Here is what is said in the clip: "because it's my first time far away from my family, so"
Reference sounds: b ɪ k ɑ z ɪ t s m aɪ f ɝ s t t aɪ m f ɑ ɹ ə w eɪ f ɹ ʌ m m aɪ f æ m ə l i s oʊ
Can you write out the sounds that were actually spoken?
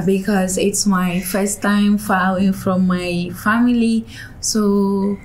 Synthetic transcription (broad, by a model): b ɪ k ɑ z ɪ t s m aɪ f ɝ s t t aɪ m f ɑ l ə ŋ f ɹ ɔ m m aɪ f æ m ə l i s oʊ